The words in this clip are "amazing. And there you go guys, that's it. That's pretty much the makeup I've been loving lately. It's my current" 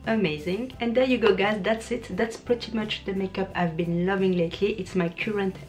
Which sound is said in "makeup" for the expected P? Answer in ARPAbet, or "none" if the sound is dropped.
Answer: P